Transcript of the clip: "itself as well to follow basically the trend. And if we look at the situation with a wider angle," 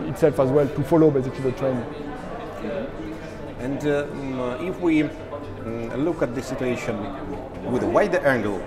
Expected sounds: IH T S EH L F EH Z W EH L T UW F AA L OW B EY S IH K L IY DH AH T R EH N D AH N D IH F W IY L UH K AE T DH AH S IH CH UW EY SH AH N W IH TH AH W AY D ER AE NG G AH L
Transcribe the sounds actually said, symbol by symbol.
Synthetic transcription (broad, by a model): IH T S EH L F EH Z W EH L T UW F AA L OW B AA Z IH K IY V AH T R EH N AH N D IH F W IY L UH K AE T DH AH S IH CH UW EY SH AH N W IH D AH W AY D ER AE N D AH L